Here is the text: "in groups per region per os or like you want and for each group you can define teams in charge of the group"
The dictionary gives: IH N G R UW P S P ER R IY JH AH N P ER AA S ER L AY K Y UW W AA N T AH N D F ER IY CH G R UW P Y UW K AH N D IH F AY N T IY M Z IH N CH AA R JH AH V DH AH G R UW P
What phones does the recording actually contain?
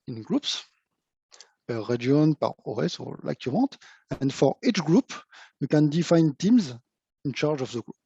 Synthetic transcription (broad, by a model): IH N G R UW P S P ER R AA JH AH N P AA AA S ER L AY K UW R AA T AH N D F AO IY CH G R UW P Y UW K AH N D IH F AY N T IY M Z IH N CH AA R JH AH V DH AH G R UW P